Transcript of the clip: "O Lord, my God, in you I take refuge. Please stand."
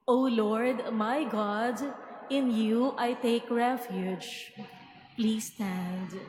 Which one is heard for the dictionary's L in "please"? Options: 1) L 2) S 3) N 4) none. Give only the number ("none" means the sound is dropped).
1